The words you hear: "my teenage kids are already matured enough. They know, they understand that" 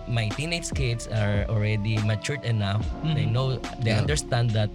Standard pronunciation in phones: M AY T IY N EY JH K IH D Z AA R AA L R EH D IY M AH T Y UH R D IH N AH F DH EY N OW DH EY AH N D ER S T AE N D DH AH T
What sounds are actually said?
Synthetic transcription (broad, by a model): M AY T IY N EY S K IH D S AA R AA L R EH D IY M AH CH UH R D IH N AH F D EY N OW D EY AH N D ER S T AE N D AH T